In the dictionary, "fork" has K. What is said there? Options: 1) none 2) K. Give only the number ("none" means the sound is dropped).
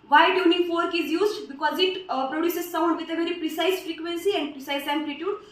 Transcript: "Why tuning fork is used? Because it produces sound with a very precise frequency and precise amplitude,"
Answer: 2